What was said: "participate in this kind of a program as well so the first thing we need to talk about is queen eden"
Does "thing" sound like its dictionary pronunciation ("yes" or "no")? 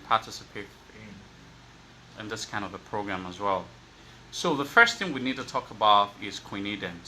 yes